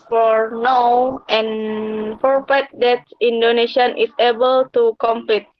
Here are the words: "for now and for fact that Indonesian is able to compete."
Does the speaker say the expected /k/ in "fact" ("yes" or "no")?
no